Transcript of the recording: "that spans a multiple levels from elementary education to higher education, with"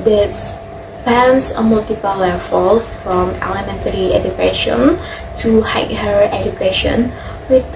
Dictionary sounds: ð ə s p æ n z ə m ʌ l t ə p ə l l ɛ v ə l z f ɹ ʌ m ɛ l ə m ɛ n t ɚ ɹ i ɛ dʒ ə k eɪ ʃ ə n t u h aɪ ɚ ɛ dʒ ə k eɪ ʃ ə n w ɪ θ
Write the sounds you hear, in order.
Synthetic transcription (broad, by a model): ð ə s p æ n s ə m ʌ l t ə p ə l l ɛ f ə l f ɹ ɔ m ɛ l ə m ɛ n t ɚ ɹ i ɛ dʒ ə k eɪ ʃ ə n t u h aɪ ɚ ɛ dʒ ə k eɪ ʃ ə n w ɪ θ